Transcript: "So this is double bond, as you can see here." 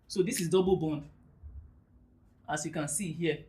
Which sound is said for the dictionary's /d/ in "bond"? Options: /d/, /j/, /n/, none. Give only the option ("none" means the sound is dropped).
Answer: /d/